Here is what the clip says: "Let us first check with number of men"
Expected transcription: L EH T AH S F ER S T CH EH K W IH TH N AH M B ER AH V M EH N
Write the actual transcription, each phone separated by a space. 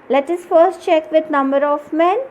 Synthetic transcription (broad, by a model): L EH T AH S F ER S T CH EH K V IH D N AH M B ER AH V M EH N